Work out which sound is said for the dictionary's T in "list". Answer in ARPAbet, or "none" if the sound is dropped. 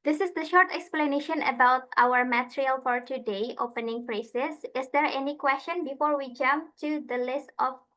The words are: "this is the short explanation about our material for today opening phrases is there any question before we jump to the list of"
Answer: T